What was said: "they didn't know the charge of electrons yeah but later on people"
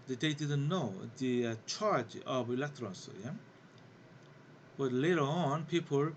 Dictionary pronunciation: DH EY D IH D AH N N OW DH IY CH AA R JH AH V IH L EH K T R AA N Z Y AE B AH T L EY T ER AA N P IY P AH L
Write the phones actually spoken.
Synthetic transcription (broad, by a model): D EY D IH D AH N N OW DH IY CH AA R JH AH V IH L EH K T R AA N S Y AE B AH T L EY T ER AA N P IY P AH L